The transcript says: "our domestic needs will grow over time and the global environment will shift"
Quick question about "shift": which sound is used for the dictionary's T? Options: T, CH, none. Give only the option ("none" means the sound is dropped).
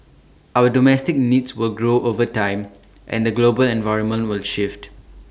T